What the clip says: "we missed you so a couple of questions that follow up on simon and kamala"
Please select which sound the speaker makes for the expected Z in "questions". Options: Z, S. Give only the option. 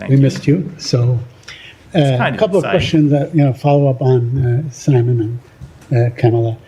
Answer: Z